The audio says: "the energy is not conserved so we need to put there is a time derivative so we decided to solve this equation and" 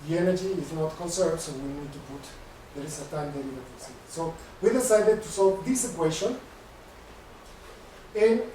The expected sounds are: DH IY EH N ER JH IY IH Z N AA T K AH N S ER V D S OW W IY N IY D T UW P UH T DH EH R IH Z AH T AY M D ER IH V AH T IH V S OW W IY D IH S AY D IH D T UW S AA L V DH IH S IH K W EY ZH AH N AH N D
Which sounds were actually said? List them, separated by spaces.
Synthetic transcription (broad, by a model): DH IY EH N ER JH IY IH Z N AA T K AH N S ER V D S OW W IY N IY D T UW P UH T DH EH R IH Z AH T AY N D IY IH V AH S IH S OW W IY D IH S AY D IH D T UW S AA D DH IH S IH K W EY SH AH N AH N